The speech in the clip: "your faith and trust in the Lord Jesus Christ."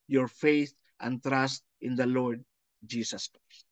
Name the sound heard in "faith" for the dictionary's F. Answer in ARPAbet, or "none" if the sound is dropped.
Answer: F